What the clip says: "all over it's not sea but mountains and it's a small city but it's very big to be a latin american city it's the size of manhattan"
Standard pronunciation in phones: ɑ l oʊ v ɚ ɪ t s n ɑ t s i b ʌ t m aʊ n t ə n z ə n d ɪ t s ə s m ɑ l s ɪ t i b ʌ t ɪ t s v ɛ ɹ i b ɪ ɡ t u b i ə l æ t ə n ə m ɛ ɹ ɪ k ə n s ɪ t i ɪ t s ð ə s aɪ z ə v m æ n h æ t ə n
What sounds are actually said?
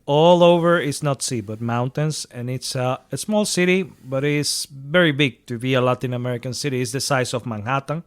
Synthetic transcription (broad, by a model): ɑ l oʊ v ɚ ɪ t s n ɑ t s i b ʌ t m aʊ n t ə n s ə n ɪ t s ə s m ɑ l s ɪ t i b ʌ t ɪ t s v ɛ ɹ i b ɪ ɡ t u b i ə l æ t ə n ə m ɛ ɹ ɪ k ə n s ɪ t i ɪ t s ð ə s aɪ s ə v m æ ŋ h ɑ t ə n